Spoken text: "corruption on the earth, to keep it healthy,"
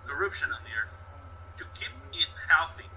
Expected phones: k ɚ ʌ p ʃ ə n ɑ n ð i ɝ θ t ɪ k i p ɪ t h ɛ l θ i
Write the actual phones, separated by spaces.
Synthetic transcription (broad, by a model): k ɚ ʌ p ʃ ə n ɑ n ð i ɝ θ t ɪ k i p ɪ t h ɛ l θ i